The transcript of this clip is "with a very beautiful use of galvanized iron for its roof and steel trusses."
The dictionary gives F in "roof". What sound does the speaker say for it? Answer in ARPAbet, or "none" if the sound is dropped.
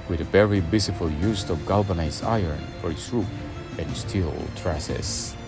P